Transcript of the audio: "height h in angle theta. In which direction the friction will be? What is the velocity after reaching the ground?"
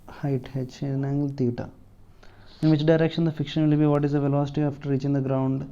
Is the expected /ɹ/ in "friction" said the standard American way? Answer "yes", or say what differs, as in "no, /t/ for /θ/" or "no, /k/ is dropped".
no, /ɹ/ is dropped